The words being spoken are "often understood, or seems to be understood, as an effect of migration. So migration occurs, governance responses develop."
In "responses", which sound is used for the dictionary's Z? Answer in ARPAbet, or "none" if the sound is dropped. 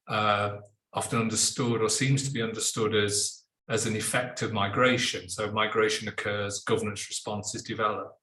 Z